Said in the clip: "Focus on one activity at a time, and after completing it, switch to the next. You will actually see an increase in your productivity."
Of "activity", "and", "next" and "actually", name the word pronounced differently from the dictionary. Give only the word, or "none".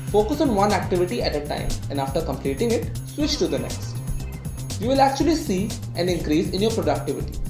none